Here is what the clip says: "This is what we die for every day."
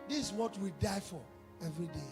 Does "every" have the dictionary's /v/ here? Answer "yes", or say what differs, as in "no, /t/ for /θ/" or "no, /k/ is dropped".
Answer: yes